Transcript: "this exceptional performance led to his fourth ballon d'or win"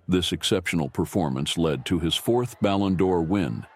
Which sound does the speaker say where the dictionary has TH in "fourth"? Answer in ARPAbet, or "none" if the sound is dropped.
TH